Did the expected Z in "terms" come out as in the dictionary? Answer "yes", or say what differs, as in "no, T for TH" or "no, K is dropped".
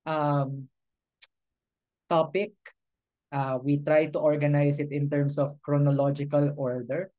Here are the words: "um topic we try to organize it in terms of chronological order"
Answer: no, S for Z